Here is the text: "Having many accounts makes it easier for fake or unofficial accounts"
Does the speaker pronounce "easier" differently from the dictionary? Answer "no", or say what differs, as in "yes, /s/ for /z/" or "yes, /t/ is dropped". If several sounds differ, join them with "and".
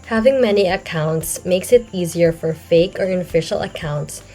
no